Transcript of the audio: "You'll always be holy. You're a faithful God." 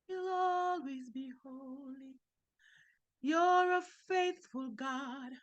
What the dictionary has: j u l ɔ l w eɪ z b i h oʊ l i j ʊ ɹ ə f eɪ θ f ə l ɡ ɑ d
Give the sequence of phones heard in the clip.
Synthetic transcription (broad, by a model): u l ɔ l w eɪ z b i h oʊ l i j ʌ ɹ ə f eɪ θ f ə l ɡ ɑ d